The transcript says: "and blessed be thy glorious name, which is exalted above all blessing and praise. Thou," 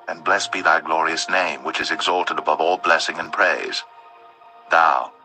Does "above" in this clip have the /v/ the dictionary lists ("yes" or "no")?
yes